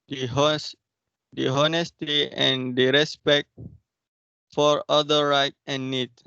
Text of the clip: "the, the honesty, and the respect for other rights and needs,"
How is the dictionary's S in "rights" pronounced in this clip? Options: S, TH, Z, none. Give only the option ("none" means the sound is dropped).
none